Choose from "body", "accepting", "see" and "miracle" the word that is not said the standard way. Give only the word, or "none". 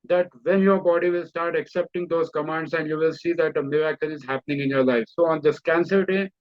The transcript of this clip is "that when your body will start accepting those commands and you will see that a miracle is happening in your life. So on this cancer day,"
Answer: miracle